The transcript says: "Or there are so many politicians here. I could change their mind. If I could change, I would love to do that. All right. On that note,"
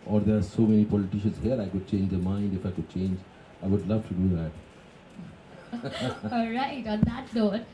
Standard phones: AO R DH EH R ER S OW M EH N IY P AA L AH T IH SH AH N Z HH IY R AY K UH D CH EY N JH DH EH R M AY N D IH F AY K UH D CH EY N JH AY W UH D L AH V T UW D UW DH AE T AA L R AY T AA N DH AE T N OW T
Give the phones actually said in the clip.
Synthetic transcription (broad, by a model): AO R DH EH R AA S OW M EH N IY P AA L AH T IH SH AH N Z HH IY R AY K UH D CH EY N JH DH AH M AY N D IH F AY K UH D CH EY N JH AY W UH D L AH V T UW D UW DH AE T AA L R AY T AA N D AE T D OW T